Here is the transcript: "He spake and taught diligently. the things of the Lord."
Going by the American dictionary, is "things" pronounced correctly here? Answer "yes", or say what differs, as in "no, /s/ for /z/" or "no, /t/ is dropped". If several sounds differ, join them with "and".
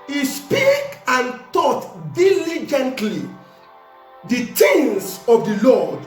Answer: no, /t/ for /θ/